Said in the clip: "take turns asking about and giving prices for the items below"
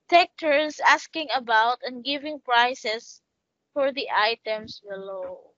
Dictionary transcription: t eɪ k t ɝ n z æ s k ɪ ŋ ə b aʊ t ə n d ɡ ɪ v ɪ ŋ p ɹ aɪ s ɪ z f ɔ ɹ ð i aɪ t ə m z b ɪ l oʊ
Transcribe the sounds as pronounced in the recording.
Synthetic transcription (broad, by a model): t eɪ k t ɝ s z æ s k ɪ ŋ ə b aʊ t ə n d ɡ ɪ v ɪ ŋ p ɹ aɪ s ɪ s f ɔ ɹ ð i aɪ t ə m s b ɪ l oʊ